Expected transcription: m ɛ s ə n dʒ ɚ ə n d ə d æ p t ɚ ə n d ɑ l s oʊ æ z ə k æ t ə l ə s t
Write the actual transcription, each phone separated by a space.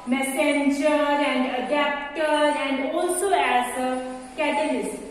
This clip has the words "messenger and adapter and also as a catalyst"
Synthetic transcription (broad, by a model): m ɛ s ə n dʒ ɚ ə n d ə d æ p t ɚ ə n d ɑ l s oʊ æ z ə k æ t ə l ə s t